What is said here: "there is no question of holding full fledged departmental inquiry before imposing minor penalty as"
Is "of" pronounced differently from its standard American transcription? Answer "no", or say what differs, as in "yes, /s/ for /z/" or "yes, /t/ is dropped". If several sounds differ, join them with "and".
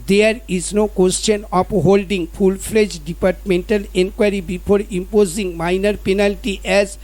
yes, /p/ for /v/